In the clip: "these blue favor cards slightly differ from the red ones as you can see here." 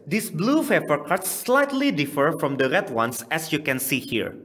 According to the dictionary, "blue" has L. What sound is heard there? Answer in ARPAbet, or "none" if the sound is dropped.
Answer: L